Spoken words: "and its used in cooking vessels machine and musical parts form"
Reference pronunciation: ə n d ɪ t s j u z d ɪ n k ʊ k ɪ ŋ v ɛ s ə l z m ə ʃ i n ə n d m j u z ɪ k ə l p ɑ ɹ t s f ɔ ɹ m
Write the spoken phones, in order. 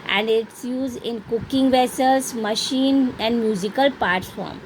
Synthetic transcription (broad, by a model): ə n d ɪ t s j u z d ɪ n k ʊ k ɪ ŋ v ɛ s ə l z m ə ʃ i n ə n d m j u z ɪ k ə l p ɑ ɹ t f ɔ ɹ m